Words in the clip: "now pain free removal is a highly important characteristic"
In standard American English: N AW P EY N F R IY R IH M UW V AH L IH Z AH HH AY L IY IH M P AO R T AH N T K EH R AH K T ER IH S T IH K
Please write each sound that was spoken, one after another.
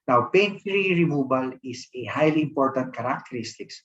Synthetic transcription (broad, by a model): N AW P EY N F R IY R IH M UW B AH L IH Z AH HH AY L IY IH M P AO R T AH N T K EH R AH K T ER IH S T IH K